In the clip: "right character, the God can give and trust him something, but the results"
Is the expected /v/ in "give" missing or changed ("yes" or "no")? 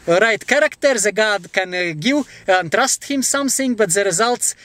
yes